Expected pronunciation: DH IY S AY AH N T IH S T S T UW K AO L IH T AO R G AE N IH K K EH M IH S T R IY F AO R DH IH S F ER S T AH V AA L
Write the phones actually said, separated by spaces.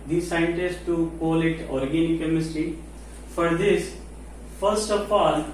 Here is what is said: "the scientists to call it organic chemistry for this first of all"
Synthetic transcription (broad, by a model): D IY S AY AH N T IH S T T UW K AO L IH T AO R G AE N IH K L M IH S T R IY F AO R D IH S F ER S T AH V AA L